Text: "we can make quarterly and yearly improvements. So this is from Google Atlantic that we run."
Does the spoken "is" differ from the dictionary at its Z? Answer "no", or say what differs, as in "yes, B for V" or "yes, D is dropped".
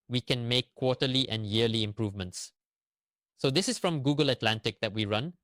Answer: yes, S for Z